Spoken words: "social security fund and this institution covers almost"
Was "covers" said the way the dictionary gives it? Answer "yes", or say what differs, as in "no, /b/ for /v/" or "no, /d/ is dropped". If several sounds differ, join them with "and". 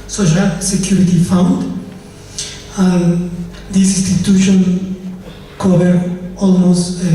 no, /z/ is dropped